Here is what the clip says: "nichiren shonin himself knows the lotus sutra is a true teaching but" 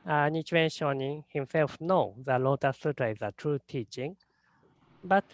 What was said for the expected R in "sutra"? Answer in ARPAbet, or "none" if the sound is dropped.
none